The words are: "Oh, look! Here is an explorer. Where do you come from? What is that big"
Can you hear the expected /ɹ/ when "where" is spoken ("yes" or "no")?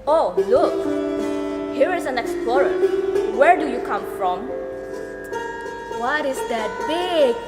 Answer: yes